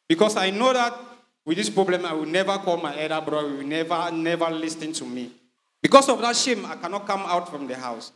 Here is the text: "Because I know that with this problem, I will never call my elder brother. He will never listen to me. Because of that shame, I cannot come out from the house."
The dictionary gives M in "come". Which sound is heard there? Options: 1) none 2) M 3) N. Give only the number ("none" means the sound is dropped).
2